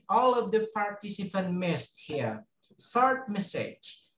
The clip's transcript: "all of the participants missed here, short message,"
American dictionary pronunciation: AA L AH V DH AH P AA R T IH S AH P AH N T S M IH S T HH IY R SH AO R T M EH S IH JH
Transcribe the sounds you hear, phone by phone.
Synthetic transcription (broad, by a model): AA L AH V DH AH P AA R T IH S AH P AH N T M IH S T HH IY R S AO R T M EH S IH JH